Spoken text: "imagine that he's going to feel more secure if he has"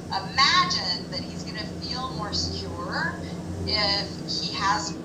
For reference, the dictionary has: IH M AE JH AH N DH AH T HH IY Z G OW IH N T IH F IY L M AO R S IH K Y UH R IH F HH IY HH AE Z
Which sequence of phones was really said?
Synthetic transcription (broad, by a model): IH M AE JH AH N DH AH T HH IY Z G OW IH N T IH F IY L M AO R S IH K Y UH R IH F HH IY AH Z